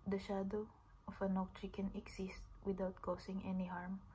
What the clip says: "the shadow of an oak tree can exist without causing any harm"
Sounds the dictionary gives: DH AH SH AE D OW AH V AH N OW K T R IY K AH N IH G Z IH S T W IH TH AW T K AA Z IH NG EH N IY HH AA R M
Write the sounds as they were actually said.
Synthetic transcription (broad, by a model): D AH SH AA D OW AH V AH N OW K T R IY K AH N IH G S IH S T W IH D AW T K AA S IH NG EH N IY HH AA R M